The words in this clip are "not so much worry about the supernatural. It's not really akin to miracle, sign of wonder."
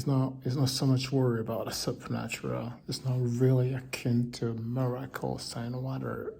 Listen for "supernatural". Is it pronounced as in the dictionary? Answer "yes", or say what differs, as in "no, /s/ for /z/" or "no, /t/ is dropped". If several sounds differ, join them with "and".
yes